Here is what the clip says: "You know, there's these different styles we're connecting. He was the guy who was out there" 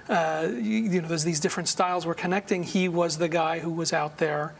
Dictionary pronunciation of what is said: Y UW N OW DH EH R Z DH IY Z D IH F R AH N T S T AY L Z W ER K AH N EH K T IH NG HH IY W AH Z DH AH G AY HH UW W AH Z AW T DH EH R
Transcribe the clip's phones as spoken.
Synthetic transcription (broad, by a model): Y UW N OW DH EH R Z DH IY Z D IH F R AH N T S T AY L Z W ER K AH N EH K T IH NG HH IY W AH Z DH AH G AY HH UW W AH Z AW T DH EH R